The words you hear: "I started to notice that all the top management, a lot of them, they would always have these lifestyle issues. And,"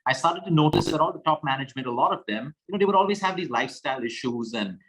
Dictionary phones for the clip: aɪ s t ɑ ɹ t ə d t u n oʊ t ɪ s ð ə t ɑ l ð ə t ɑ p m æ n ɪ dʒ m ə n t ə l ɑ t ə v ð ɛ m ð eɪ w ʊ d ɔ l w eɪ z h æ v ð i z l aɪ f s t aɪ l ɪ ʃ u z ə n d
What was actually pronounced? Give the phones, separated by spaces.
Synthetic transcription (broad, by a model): aɪ s t ɑ ɹ t ə d t u n oʊ t ɪ s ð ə t ɑ l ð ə t ɑ p m æ n ɪ dʒ m ə n t ə l ɑ t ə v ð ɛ m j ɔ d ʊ d ɔ l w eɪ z h æ v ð i z l aɪ f s t aɪ l ɪ ʃ u z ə n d